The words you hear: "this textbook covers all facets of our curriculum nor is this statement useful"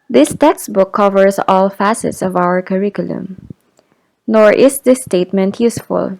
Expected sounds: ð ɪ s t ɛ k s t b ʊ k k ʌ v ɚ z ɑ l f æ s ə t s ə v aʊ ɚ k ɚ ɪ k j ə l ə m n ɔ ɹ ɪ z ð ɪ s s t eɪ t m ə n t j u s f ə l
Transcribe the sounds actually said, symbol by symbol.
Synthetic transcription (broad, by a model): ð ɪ s t ɛ k s b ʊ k k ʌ v ɚ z ɑ l f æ s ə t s ə v aʊ ɚ k ɚ ɪ k j ə l ə m n ɔ ɹ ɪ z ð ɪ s s t eɪ t m ə n t j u s f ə l